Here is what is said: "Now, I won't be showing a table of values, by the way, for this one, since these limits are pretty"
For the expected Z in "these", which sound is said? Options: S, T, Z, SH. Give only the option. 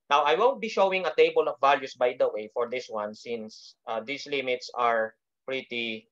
S